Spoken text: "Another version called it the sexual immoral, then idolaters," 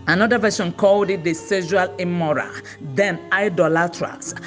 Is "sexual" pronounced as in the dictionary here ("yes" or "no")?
no